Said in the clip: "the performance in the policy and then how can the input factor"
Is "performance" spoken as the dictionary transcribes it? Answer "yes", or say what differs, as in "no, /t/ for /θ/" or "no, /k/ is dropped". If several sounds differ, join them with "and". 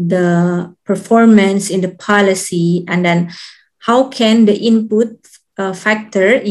yes